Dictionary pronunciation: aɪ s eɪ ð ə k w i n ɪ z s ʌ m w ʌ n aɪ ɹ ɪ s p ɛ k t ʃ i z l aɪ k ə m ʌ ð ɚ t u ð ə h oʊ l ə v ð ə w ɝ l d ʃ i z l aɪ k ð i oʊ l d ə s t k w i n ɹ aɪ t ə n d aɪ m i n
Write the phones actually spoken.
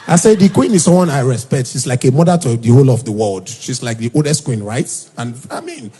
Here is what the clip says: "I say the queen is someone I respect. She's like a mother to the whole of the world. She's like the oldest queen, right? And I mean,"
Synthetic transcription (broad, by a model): aɪ s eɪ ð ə k w i n ɪ z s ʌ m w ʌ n aɪ ɹ ɪ s p ɛ k t ʃ i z l aɪ k ə m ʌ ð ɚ t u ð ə h oʊ l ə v ð ə w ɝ l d ʃ i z l aɪ k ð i oʊ l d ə s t k w i n ɹ aɪ t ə n aɪ m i n